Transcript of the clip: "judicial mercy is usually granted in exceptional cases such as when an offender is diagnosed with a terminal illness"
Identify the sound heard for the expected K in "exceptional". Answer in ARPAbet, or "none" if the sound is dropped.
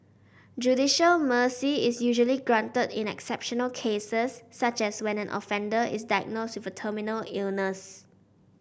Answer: K